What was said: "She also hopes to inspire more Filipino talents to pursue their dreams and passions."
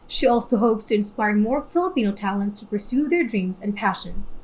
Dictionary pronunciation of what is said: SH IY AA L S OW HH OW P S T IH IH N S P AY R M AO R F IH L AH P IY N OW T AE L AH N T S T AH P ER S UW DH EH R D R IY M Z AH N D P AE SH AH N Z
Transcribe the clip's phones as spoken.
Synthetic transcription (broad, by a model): SH IY AA L S OW HH OW P S T IH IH N S P AY R M AO R F IH L AH P IY N OW T AE L AH N T S T AH P ER S UW DH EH R D R IY M Z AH N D P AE SH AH N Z